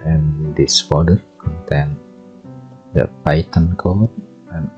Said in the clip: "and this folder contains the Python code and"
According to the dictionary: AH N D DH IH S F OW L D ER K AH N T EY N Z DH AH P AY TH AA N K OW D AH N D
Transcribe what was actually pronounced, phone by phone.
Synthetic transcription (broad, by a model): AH N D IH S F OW D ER K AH N T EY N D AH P AY T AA N K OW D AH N